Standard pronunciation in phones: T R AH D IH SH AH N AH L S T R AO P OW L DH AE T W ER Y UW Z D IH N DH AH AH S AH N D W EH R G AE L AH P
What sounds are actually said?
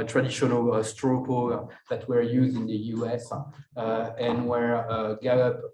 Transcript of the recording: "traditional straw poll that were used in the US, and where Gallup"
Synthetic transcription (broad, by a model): T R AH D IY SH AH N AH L S T R AO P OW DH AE T W ER Y UW Z D IH N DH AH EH S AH N W EH R G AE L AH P